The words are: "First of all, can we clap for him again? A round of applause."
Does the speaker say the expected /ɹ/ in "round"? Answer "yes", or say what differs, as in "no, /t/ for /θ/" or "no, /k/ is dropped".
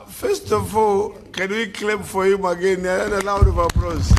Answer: no, /l/ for /ɹ/